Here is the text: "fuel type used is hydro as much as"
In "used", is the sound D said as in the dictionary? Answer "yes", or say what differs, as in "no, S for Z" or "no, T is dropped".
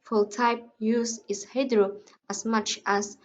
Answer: no, D is dropped